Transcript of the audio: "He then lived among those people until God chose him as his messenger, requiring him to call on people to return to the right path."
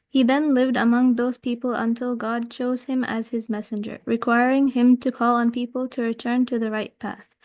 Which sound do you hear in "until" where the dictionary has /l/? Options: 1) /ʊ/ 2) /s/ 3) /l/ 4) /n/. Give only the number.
3